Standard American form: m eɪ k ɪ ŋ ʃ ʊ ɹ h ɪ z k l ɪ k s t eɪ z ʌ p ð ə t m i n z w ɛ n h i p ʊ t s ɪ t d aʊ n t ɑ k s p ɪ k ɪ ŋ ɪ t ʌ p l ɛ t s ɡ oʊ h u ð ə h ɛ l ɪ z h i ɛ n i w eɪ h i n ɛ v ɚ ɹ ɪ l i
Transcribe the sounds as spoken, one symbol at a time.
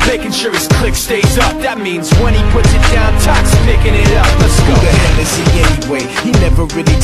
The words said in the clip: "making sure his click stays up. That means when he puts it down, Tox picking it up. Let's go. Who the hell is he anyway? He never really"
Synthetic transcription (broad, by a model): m eɪ k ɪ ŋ ʃ ʊ ɹ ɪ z k l ɪ k s t eɪ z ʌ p ð ə t m i n z w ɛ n i p ʊ t s ɪ t d aʊ n t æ k s p ɪ k ɪ ŋ ɪ t ʌ p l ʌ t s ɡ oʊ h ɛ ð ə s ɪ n ɛ n i w eɪ h i n ɛ v ɚ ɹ ɪ l i